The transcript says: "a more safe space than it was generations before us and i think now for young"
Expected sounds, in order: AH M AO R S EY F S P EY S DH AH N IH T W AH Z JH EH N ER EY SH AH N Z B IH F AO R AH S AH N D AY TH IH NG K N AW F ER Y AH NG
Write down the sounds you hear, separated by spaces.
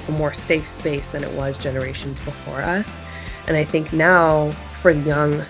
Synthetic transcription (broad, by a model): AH M AO R S EY F S P EY S DH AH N IH T W AH Z JH EH N ER EY SH AH N Z B IH F AO R AH S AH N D AY TH IH NG K N AW F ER Y AH NG